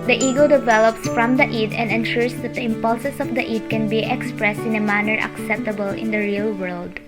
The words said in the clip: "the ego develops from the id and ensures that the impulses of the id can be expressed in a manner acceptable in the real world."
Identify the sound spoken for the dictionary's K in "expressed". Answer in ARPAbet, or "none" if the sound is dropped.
K